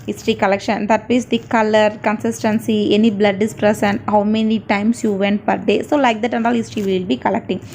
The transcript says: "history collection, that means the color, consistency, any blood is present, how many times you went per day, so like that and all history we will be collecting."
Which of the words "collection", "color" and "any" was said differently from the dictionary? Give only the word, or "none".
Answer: none